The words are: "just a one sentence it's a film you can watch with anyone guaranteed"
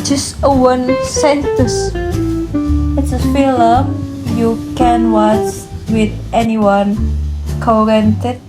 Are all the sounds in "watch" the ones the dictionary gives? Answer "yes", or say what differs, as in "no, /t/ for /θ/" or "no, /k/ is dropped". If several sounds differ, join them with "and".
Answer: no, /s/ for /tʃ/